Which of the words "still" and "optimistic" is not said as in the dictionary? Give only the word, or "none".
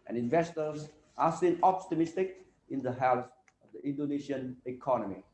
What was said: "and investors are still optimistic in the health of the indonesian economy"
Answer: still